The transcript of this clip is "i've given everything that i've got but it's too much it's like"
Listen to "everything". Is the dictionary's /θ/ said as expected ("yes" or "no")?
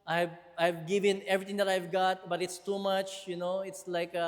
no